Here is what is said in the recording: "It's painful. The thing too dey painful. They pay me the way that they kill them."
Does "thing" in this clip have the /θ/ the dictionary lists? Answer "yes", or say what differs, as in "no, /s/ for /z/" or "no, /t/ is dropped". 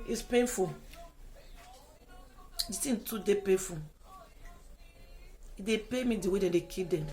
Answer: no, /s/ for /θ/